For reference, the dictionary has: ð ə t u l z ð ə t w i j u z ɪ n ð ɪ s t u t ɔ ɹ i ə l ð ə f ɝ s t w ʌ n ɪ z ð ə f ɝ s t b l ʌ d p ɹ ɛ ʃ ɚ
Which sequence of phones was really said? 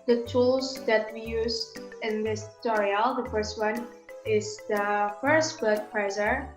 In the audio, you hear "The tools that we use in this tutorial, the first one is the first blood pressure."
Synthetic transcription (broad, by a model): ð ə t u l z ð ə t w i j u z ɪ n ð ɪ s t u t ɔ ɹ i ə l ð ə f ɝ s t w ʌ n ɪ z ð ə f ɝ s t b ʌ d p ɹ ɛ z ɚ